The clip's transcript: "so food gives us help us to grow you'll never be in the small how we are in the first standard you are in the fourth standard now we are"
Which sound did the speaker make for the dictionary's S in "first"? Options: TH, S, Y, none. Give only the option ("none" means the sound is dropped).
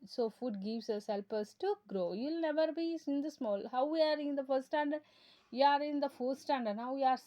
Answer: none